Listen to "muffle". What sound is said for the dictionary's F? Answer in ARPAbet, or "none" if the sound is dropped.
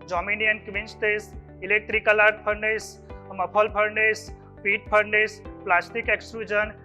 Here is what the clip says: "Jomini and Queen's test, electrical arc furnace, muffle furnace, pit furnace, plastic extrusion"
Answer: P